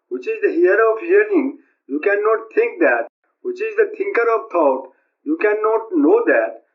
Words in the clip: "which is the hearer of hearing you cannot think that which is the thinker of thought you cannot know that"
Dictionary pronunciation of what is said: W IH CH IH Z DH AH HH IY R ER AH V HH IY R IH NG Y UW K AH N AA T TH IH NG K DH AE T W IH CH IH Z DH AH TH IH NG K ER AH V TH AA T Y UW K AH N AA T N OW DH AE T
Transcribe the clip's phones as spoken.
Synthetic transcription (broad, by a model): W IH CH IH Z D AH HH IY ER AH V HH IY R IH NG Y UW K AH N AA T T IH NG K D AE T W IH CH IH Z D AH T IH NG K ER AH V T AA T Y UW K AH N AA T N OW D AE T